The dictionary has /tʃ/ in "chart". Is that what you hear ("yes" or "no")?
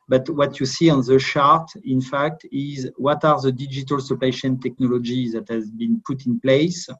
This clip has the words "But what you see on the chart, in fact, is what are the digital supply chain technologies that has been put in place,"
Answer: no